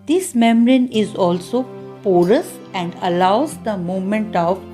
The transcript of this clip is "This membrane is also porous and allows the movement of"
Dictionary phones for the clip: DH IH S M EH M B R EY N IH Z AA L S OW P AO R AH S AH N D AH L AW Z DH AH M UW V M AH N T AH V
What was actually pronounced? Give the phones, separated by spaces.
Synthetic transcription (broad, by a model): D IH S M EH M R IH N IH Z AA L S OW P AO R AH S AH N D AH L AW Z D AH M UW V M AH N T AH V